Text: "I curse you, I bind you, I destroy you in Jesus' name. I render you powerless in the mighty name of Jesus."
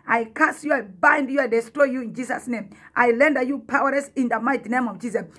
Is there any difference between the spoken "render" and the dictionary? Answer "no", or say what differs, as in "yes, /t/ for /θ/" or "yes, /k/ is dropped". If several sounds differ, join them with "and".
yes, /l/ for /ɹ/